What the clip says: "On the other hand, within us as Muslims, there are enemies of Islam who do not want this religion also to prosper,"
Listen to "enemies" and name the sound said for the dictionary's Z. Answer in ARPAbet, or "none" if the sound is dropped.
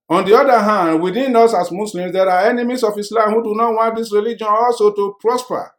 S